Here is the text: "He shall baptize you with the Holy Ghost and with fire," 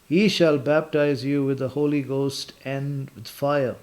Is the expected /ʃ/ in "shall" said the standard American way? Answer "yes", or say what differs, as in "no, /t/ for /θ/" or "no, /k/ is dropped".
yes